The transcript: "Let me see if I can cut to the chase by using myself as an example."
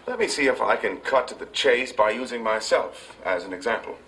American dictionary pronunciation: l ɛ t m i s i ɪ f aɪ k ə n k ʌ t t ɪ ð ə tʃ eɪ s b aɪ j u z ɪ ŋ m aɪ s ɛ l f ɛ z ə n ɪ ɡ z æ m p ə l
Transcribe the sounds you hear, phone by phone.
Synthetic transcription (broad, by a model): l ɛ t m i s i ɪ f aɪ k ə n k ʌ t t ɪ ð ə tʃ eɪ s b aɪ j u z ɪ ŋ m aɪ s ɛ l f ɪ z ə n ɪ ɡ z æ m p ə l